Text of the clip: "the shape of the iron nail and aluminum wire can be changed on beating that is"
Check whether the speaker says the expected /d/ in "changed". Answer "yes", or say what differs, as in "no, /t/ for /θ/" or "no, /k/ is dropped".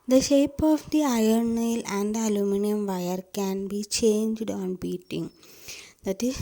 yes